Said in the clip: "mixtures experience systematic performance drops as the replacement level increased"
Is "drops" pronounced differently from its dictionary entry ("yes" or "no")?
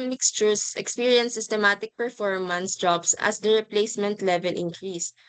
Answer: yes